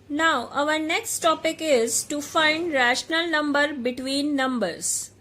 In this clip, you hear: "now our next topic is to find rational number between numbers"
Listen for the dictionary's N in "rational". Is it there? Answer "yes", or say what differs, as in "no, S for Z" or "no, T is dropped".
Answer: yes